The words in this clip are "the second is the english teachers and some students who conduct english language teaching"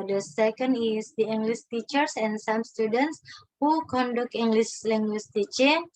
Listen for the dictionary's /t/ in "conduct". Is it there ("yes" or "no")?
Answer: no